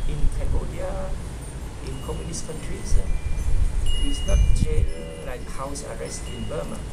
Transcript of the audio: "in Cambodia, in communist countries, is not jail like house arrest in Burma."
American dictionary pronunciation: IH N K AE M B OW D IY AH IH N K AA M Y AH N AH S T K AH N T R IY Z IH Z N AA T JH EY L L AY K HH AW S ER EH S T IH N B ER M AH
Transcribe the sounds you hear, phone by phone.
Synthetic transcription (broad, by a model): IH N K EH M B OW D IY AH IH N K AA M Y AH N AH S K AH N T R IY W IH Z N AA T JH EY N L AY K HH AW S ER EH S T IH N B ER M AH